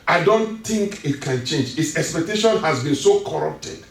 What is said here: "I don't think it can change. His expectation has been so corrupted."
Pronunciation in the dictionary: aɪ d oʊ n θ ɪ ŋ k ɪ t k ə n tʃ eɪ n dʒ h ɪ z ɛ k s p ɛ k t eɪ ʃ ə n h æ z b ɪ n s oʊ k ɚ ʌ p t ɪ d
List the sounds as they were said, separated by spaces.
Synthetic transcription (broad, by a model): aɪ d oʊ n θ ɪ ŋ k ɪ t k ə n tʃ eɪ n dʒ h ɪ s ɛ k s p ɛ k t eɪ ʃ ə n h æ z b ɪ n s oʊ k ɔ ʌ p t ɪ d